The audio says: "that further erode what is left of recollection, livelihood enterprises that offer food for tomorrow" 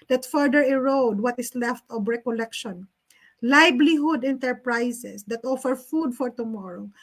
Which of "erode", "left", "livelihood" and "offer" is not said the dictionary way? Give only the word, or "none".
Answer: livelihood